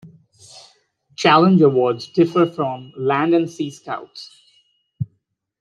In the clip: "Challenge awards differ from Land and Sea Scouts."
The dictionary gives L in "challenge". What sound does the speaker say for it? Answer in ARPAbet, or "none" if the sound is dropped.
L